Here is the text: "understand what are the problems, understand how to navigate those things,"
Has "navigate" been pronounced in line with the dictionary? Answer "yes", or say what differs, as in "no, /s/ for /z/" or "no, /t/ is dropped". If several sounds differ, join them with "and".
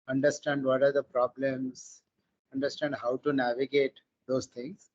yes